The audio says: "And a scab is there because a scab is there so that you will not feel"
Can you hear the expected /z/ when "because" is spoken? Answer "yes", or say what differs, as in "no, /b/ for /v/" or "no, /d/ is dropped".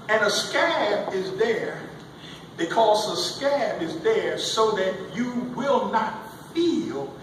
yes